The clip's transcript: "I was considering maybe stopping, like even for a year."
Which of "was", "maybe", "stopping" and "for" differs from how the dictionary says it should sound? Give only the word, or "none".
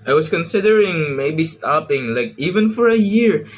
was